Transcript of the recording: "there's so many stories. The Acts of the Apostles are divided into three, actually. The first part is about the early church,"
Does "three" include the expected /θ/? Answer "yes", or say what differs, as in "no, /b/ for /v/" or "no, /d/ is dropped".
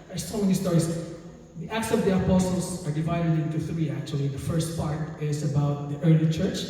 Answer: yes